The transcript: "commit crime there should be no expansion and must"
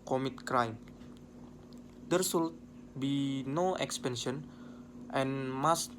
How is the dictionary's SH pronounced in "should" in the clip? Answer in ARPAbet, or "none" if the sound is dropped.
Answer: S